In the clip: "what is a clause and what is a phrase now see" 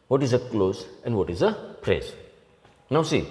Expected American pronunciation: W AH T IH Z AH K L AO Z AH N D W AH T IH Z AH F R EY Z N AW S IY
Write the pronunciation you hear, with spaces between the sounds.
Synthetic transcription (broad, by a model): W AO T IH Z AH K L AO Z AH N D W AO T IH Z AH P R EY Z N AW S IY